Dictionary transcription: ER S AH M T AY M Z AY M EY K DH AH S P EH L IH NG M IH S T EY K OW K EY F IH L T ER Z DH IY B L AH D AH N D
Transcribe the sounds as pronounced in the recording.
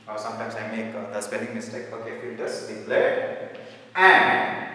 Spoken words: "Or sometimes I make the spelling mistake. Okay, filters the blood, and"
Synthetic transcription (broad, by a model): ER S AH M T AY M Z AY M EY K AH S P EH N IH NG M IH S T EY K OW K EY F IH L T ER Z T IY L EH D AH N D